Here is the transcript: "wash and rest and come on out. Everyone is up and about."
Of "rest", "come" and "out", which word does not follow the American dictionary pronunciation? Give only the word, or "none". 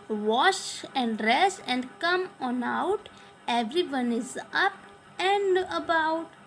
rest